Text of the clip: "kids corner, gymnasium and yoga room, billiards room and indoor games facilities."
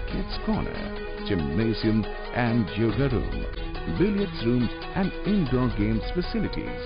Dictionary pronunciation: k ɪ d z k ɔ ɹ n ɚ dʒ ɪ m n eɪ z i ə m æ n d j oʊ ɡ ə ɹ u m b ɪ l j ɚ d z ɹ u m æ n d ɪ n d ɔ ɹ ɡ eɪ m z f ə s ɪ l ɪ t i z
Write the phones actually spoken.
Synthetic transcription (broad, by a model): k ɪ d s k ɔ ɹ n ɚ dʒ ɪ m eɪ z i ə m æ n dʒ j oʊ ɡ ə ɹ u m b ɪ l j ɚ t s ɹ u m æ n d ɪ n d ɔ ɡ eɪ m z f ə s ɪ l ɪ t i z